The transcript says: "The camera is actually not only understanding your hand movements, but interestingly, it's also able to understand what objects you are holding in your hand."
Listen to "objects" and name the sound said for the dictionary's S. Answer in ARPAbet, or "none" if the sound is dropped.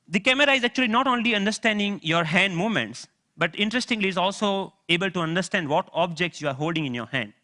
S